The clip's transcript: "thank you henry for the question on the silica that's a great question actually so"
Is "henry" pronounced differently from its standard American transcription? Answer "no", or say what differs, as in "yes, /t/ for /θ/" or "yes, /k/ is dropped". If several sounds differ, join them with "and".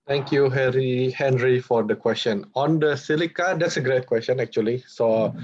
no